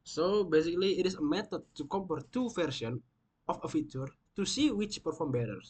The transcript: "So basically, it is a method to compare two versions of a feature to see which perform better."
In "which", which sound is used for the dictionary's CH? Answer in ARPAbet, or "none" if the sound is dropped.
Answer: CH